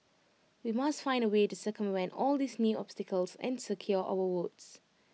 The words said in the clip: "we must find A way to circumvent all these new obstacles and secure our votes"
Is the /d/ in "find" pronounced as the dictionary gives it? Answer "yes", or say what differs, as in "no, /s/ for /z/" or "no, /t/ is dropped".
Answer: yes